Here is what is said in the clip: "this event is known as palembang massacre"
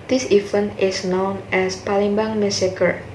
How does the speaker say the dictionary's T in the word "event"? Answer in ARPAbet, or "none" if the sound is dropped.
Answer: none